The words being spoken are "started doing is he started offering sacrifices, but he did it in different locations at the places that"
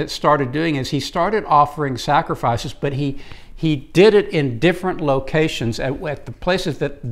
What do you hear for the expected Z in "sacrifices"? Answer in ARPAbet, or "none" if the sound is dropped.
Z